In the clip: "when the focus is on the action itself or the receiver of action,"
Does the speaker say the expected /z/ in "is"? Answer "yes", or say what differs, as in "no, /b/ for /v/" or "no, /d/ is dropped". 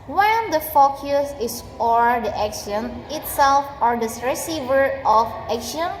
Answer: no, /s/ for /z/